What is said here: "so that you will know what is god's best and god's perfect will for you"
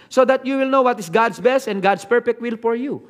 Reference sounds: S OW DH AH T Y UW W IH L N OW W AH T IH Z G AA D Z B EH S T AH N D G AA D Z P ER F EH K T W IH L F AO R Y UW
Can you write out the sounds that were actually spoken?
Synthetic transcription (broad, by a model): S OW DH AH T Y UW W IH L N OW W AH T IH S G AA D S B EH S T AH N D G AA D S P ER P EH K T W IH L F AO R Y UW